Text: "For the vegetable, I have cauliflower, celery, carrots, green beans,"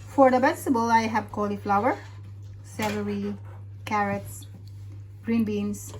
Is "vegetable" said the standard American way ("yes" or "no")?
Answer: no